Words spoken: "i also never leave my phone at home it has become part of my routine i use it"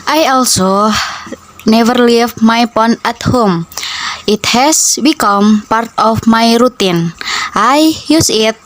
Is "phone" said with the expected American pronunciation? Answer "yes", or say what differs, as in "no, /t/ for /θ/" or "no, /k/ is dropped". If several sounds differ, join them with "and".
no, /p/ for /f/